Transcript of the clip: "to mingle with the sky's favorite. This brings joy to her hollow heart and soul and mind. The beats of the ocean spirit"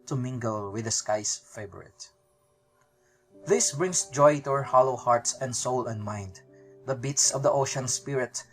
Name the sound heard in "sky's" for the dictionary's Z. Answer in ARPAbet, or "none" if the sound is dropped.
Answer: S